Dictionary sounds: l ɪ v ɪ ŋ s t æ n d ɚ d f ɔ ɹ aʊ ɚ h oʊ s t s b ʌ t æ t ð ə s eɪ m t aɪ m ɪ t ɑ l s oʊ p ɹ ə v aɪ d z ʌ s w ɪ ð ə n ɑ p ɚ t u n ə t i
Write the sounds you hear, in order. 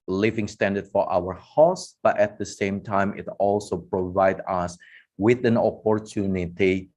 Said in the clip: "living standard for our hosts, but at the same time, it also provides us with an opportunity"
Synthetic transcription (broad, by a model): l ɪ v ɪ ŋ s t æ n d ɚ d f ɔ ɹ aʊ ɚ h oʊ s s b ʌ t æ t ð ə s eɪ m t aɪ m ɪ t ɑ l s oʊ p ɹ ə v aɪ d ʌ s w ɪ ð ə n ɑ p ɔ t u n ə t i